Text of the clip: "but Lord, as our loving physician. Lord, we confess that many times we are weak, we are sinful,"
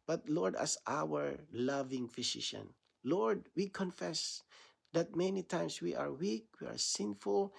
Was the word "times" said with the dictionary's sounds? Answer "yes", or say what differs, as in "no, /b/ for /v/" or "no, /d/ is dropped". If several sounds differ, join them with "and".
no, /s/ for /z/